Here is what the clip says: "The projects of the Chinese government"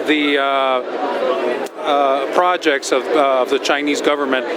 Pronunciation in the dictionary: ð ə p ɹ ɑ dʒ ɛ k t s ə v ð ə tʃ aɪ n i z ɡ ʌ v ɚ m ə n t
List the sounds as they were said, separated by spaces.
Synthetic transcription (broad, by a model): ð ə p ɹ ɑ dʒ ɛ k t s ə v ð ə tʃ aɪ n i z ɡ ʌ v ɚ m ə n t